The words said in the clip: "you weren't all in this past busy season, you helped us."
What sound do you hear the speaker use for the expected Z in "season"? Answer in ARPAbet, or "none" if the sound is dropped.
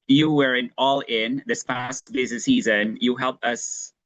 Z